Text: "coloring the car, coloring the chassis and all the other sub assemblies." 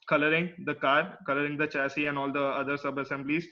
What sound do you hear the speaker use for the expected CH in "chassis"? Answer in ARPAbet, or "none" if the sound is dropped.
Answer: CH